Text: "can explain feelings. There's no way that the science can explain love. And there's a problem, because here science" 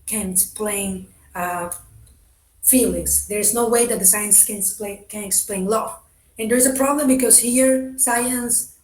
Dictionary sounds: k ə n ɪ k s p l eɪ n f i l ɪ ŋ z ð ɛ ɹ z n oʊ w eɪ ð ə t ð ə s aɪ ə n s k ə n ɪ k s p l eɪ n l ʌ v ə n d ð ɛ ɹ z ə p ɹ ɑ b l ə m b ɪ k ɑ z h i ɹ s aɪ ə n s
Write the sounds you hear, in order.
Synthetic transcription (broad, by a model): k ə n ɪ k s p l eɪ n f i l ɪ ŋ s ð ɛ ɹ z n oʊ w eɪ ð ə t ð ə s aɪ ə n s k ə n ɪ k s p l eɪ n l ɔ ə n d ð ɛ ɹ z ə p ɹ ɑ b l ə m b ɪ k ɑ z h i ɹ s aɪ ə n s